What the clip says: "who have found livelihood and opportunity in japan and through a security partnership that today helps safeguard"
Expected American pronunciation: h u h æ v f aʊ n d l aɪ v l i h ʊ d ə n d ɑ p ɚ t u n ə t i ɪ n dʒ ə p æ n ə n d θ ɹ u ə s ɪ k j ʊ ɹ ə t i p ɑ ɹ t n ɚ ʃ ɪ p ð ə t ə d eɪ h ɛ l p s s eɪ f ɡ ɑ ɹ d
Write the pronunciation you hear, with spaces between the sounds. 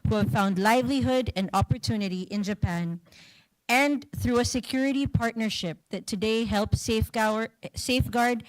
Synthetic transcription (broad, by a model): h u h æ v f aʊ n d l aɪ v l i h ʊ d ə n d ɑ p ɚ t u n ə t i ɪ n dʒ ə p æ n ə n θ ɹ u ə s ɪ k j ʊ ɹ ə t i p ɑ ɹ t n ɚ ʃ ɪ p ð ə t ə d eɪ h ɛ l p s s eɪ f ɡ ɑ ɹ d